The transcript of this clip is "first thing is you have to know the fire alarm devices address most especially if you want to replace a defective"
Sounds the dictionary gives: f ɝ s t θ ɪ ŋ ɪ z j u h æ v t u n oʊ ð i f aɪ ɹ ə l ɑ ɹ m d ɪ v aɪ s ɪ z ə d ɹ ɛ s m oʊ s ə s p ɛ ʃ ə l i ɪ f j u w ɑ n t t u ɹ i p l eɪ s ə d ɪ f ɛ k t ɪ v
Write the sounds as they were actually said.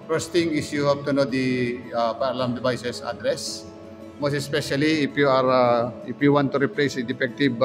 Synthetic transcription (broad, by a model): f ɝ s t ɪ ŋ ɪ s j u h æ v t u n oʊ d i p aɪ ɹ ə l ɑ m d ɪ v aɪ s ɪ s ə d ɹ ɛ s m oʊ s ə s p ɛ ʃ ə l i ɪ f j u w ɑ n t t u ɹ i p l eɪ s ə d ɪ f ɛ k t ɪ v